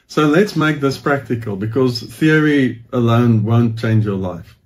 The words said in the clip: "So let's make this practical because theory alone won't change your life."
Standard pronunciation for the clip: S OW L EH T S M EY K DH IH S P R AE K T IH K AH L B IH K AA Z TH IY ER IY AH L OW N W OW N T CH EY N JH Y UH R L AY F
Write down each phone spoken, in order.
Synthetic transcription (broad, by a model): S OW L EH T S M EY K DH IH S P R AE K T IH K AH L B IH K AA Z TH IY ER IY AH L OW N W OW N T CH EY N JH Y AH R L AY F